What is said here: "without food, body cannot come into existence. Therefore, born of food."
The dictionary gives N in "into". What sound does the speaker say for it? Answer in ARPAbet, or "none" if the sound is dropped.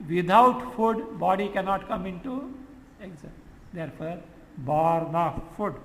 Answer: N